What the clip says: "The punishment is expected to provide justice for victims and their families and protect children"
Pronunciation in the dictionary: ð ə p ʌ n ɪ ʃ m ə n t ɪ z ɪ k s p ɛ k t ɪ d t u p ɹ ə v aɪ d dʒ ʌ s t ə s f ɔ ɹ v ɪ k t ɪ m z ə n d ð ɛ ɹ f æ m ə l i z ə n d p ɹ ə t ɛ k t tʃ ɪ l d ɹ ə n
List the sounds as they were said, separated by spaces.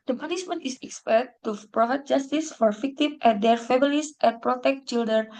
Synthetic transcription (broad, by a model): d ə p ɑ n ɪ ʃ m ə n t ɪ s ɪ k s p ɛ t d t u p ɹ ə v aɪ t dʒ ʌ s t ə s f ɔ ɹ f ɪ k t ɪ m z ə n d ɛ ɹ f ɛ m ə l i s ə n p ɹ ə t ɛ k t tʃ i l d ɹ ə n